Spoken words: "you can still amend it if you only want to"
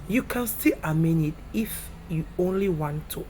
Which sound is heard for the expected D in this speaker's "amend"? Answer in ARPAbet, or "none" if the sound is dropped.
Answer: none